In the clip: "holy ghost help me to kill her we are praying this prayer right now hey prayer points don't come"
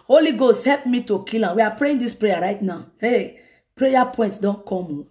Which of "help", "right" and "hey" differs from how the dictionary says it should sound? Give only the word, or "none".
none